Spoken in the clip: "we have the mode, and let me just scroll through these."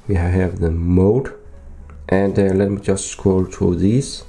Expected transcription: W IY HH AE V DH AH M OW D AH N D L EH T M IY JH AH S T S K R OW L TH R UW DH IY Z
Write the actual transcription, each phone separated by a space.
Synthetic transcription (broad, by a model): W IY HH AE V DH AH M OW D AH N D L EH T M IY JH AH S T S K OW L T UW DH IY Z